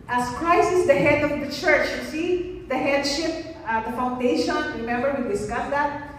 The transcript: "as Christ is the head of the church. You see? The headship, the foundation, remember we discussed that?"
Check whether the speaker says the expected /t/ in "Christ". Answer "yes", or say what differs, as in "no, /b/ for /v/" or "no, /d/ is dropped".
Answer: no, /t/ is dropped